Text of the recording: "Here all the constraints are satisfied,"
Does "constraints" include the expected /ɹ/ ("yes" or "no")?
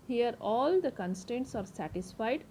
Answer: no